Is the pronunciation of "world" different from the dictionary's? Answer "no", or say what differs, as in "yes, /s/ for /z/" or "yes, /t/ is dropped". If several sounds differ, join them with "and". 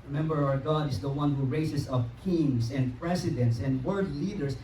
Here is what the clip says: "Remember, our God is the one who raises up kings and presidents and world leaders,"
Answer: yes, /l/ is dropped